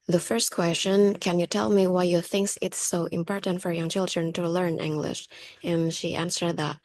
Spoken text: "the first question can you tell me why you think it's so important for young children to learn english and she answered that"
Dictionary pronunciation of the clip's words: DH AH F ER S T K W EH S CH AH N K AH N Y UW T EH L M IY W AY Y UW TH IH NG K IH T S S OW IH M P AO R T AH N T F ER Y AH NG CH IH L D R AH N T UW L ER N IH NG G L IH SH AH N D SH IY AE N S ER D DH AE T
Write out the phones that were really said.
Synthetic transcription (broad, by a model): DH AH F ER S T K W EH S CH AH N K AH N Y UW T EH L M IY W AY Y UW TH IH NG K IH T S S OW IH M P AO R T AH N T F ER Y AH NG CH IH L D R AH N T UW L ER N IH NG G L IH SH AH N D SH IY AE N S ER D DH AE T